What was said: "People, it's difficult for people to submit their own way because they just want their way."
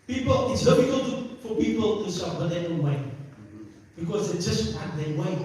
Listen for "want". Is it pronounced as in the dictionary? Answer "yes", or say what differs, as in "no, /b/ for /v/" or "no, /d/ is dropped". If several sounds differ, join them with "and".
no, /n/ is dropped